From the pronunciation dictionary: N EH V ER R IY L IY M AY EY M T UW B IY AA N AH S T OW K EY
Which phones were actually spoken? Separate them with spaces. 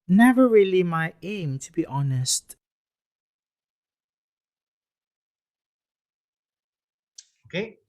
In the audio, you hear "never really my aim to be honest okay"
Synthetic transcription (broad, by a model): N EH V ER R IY L IY M AY EY M T UW B IY AA N AH S T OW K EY